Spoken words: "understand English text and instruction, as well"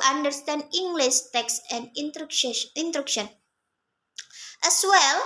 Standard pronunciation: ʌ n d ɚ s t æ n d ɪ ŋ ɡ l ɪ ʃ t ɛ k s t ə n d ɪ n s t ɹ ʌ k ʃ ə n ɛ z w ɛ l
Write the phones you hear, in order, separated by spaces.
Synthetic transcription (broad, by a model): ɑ n d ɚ s t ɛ n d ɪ ŋ ɡ l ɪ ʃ t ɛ k s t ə n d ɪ n t ɹ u k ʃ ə n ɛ s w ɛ l